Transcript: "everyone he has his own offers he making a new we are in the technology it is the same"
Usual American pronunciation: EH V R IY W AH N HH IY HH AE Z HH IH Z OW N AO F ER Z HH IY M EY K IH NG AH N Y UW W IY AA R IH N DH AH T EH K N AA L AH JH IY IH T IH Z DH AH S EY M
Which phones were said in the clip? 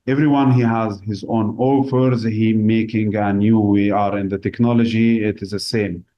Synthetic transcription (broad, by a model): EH V R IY W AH N HH IY HH AE Z HH IH Z OW N AO F ER Z HH IY M EY K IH NG AH N Y UW W IY AA R IH N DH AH T EH K N AA L AH JH IY IH T IH Z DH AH S EY M